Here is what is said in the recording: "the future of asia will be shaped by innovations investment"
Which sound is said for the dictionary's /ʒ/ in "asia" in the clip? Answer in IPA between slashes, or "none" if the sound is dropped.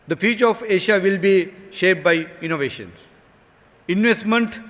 /ʃ/